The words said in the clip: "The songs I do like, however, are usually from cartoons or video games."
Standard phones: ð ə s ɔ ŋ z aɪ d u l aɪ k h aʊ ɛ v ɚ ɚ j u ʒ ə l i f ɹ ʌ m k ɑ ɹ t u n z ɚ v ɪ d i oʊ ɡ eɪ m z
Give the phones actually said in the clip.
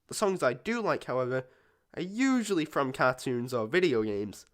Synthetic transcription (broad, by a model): ð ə s ɔ ŋ z aɪ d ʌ l aɪ k h aʊ ɛ v ɚ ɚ j u ʒ ə l i f ɹ ʌ m k ɑ ɹ t u n z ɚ v ɪ d i oʊ ɡ eɪ m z